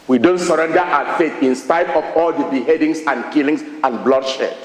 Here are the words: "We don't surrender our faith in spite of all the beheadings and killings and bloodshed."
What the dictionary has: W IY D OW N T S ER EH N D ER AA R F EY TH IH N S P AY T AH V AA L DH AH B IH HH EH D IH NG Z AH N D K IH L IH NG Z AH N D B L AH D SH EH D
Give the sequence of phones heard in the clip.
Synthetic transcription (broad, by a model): W IY D OW N T S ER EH N D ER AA F EY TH IH N S P AY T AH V AA L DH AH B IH HH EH D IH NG S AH N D K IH L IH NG S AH N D B L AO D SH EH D